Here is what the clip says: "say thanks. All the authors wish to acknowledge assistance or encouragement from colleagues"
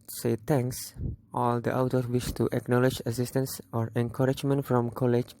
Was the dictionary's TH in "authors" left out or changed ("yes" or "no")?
yes